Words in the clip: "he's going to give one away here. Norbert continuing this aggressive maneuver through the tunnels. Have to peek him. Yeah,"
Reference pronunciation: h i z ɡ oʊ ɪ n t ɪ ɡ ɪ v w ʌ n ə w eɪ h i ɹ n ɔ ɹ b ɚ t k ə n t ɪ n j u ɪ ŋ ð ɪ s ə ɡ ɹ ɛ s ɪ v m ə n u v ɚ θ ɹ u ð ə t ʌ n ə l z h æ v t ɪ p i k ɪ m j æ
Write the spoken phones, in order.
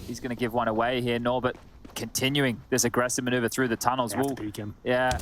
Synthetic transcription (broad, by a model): h i z ɡ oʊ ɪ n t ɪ ɡ ɪ v w ʌ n ə w eɪ h i ɹ n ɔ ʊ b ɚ t k ə n t ɪ n j u ɪ ŋ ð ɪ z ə ɡ ɹ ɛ s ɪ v m ə n u v ɚ θ ɹ u ð ə t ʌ n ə l z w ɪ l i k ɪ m j æ